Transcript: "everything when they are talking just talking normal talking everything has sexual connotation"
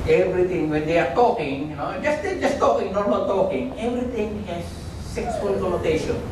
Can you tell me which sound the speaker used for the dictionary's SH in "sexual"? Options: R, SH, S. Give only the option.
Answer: S